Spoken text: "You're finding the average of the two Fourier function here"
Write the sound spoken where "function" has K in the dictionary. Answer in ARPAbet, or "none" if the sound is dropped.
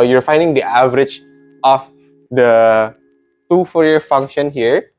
K